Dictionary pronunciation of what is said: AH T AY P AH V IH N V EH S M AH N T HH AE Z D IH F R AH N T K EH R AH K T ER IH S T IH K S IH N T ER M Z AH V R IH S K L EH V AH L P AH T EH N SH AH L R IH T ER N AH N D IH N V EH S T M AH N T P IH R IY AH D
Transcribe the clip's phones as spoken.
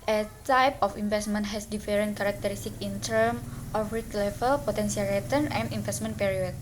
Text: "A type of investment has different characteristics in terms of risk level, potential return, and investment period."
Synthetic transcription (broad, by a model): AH T AY P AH F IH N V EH S M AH N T HH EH S D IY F R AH N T K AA R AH K T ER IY S T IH K IH N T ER M AH F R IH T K L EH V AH L P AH T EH N S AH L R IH T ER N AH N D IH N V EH S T M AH N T P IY R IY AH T